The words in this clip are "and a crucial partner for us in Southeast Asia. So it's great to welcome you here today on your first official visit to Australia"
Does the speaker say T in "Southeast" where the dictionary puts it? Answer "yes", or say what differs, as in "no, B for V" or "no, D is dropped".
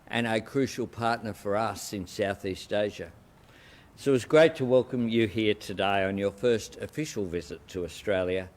yes